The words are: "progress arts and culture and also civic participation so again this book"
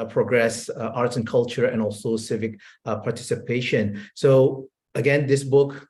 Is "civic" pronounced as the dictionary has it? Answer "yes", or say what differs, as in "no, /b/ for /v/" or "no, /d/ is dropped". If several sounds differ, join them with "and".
yes